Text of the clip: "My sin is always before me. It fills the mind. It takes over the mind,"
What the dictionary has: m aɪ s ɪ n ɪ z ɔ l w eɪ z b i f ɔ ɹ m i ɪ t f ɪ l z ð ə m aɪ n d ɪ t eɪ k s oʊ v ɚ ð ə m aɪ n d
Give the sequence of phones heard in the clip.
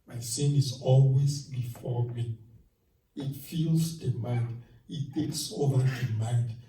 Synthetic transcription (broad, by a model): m aɪ s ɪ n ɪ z ɔ l w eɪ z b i f ɔ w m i ɪ t f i l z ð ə m aɪ n d ɪ t eɪ k s oʊ v ɚ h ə m aɪ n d